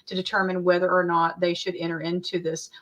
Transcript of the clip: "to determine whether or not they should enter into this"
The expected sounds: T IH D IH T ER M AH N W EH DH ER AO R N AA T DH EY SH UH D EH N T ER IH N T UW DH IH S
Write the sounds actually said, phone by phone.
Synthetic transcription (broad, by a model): T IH D IH T ER M AH N W EH DH ER R N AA T DH EY SH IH D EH T ER IH N T UW DH IH S